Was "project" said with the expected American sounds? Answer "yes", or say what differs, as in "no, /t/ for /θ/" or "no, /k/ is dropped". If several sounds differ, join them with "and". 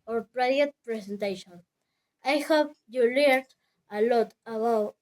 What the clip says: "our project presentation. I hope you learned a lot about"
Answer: no, /k/ is dropped